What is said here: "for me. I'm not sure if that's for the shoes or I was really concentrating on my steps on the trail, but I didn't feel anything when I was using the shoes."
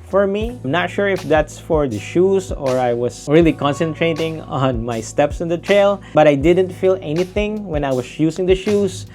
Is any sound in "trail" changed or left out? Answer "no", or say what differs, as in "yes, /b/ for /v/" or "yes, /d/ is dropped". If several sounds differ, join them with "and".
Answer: no